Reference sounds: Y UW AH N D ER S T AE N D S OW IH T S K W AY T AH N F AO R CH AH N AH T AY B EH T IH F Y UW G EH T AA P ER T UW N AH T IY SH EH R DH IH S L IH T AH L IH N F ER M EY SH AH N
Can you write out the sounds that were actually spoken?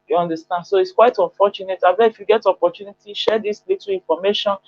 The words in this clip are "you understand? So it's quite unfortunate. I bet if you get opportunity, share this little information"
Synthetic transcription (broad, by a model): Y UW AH N D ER S T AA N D S OW IH T S K W AY T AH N F AO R CH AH N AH T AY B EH IH F Y UW G EH T AA P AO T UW N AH T IY SH EH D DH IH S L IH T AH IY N F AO M EY SH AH N